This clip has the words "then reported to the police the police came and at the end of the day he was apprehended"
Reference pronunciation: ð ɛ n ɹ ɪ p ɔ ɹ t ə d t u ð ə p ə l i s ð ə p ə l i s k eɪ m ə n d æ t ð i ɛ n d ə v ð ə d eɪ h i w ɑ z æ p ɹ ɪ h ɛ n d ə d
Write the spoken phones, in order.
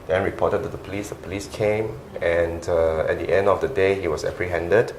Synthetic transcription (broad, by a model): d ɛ n ɹ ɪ p ɔ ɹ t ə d t u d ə p ə l i s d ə p ə l i s k eɪ m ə n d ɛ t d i ɛ n d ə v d ə d eɪ h i w ɑ s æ p ɹ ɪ h ɛ n d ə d